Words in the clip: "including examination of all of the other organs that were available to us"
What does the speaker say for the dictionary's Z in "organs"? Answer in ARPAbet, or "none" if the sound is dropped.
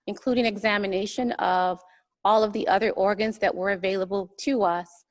Z